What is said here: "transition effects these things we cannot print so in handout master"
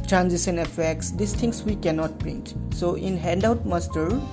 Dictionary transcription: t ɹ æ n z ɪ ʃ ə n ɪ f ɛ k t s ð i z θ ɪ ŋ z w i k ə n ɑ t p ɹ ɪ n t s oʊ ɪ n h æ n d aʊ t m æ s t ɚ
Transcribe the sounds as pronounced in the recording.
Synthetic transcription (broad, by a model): t ɹ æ n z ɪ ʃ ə n ɪ f ɛ k t s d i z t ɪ ŋ s w i k ə n ɑ t b ɹ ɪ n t s oʊ ɪ n h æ n d aʊ t m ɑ s t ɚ